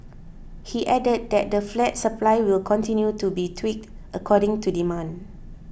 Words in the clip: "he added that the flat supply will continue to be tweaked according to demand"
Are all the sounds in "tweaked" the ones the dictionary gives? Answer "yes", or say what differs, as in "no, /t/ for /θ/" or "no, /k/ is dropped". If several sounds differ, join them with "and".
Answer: yes